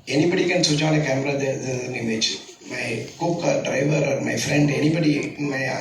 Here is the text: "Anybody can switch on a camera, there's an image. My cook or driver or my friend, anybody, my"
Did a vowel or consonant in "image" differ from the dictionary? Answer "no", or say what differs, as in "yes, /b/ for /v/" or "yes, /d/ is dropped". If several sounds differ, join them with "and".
yes, /tʃ/ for /dʒ/